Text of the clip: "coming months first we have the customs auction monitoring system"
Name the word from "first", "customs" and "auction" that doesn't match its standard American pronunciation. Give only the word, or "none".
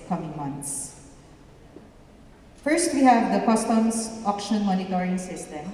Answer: customs